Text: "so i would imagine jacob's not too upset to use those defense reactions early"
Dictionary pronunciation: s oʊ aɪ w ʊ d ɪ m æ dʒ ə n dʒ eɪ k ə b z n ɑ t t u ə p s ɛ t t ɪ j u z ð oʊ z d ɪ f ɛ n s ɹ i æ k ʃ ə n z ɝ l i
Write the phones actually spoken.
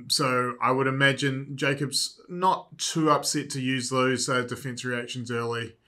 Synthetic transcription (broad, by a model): s oʊ aɪ w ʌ d ɪ m æ dʒ ə n dʒ eɪ k ə b z n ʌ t t u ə p s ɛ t t ɪ j u z ð oʊ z d ɪ f ɛ n s ɹ i æ k ʃ ə n z ɝ l i